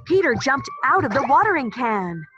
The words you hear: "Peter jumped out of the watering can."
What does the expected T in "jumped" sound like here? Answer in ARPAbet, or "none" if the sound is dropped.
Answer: T